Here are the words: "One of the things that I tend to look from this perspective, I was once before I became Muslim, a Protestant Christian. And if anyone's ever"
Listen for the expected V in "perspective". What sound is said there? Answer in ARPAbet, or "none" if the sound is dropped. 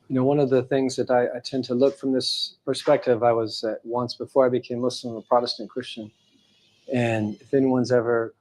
V